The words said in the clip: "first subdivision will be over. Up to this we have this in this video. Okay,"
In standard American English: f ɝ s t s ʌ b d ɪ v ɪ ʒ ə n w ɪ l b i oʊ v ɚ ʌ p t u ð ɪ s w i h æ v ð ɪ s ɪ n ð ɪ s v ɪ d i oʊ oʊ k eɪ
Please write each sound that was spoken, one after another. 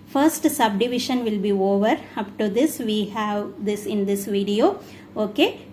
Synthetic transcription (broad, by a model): f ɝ s t s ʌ b d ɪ v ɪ ʃ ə n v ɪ l b i oʊ v ɚ ʌ p t u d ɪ s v i h æ v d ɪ s ɪ n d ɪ s v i d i oʊ oʊ k eɪ